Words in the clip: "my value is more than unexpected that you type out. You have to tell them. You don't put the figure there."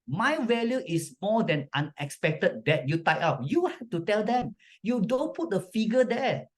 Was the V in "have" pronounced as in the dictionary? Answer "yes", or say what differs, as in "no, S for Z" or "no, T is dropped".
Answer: no, F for V